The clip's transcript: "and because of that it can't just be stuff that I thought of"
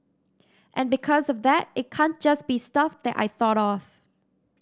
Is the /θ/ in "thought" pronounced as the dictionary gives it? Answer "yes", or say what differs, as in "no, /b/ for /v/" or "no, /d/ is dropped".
yes